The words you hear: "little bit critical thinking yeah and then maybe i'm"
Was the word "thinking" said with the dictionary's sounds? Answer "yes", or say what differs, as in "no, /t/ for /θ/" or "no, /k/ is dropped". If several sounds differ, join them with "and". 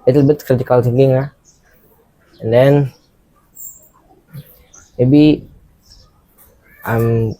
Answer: no, /t/ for /θ/